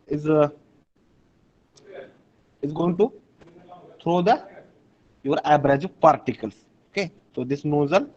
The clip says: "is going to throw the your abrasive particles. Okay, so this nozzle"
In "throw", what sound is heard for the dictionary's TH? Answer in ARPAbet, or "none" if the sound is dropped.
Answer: T